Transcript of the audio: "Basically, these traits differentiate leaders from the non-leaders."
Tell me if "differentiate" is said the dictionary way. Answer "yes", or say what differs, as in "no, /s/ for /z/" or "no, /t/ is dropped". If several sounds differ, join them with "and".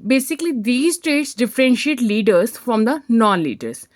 yes